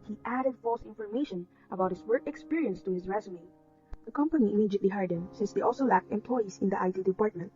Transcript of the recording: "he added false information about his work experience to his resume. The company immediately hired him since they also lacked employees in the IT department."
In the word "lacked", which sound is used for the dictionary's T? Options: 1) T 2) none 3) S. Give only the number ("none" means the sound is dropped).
1